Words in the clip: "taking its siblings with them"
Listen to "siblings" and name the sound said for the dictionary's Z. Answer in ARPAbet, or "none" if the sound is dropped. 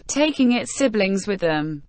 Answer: Z